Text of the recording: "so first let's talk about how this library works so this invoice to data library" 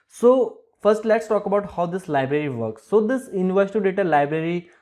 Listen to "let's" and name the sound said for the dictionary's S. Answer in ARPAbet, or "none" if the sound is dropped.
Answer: S